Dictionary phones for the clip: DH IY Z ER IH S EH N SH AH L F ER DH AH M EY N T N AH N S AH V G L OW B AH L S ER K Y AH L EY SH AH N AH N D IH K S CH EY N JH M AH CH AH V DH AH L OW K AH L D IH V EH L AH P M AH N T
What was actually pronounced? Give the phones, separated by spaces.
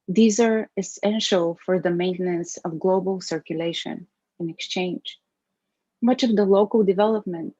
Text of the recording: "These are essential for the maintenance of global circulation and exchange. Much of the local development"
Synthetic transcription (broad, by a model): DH IY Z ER IH S EH N SH AH L F ER DH AH M EY N T N AH N S AH V G L OW B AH L S ER K Y AH L EY SH AH N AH N IH K S CH EY N JH M AH CH AH V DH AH L OW K AH L D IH V EH L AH P M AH N T